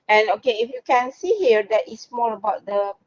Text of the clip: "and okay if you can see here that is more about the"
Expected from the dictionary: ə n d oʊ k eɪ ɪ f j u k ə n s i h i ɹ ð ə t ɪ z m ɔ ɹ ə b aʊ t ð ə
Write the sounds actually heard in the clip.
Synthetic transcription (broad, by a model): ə n oʊ k eɪ ɪ f j u k ə n s i h i ɹ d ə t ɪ s m ɔ l ə b aʊ t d ə